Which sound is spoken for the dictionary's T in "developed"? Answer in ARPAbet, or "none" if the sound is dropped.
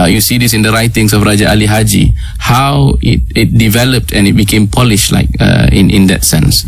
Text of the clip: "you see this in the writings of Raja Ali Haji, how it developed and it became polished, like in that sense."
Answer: T